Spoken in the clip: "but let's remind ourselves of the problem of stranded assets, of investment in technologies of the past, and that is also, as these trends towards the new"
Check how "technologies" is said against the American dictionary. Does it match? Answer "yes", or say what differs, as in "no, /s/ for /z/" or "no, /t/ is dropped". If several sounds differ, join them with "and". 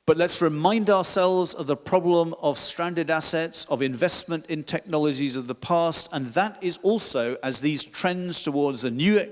yes